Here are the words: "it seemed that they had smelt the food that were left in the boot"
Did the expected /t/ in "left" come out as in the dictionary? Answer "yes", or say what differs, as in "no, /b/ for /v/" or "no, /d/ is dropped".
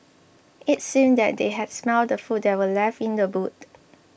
no, /t/ is dropped